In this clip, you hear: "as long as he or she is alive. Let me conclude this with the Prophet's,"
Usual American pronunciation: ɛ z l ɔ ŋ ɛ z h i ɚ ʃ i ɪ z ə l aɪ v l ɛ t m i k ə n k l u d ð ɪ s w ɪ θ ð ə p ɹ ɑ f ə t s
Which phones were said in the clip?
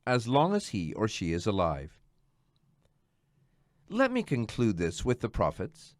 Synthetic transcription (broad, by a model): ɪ z l ɔ ŋ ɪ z h i ɚ ʃ i ɪ z ə l aɪ v l ɛ t m i k ə n k l u d ð ɪ s w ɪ ð ə p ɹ ɑ f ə t s